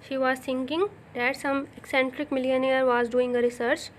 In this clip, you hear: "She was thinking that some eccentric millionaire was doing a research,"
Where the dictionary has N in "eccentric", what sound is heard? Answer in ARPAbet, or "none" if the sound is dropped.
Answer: N